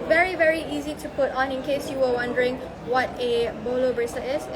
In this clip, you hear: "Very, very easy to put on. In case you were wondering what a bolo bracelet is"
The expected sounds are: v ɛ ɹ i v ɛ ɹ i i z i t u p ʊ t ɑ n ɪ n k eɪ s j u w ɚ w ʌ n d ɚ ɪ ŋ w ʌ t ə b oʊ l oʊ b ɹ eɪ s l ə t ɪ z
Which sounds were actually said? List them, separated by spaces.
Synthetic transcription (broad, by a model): v ɛ ɹ i v ɛ ɹ i i z i t u p ʊ t ɑ n ɪ n k eɪ s j u w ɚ w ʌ n d ɚ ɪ ŋ w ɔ t ə b oʊ l oʊ b ɹ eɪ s ə ɪ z